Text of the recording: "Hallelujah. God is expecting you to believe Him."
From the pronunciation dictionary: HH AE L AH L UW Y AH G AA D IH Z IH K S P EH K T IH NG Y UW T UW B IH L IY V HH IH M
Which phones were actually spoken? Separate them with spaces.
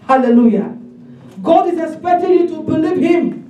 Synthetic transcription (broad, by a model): HH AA L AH L UW Y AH G AA D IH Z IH K S P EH K T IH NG Y UW T UW B IH L IY V HH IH M